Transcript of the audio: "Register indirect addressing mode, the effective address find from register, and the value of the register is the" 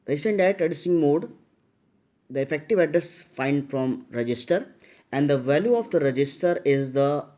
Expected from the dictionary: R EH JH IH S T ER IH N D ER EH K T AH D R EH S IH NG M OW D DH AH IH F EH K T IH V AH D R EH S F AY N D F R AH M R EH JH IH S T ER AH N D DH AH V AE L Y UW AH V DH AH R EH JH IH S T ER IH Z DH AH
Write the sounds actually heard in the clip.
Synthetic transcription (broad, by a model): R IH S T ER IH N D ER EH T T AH D IY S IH NG M OW D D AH IH F EH K T IH V AH D R EH S F AY N D F R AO M R EH JH IH S T ER AH N D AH V AE L Y UW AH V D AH R EH JH IH S T ER IH Z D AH